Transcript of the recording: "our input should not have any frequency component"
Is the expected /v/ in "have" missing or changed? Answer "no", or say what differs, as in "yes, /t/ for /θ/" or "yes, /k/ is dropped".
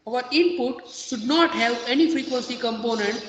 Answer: yes, /p/ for /v/